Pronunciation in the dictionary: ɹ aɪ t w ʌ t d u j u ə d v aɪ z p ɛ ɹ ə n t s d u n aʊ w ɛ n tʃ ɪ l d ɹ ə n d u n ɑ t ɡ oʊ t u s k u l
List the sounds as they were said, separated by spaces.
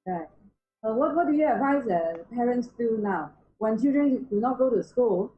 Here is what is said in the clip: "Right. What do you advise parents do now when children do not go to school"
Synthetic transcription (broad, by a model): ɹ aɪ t w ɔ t d u j u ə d v aɪ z p ɛ ɹ ə n t s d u n aʊ w ɛ n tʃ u d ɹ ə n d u n ɑ t ɡ oʊ t u s k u l